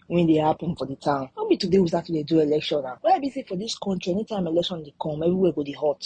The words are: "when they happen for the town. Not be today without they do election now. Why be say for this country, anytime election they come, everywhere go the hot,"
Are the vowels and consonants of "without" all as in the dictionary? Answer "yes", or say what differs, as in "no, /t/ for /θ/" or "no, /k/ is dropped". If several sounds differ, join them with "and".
no, /s/ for /θ/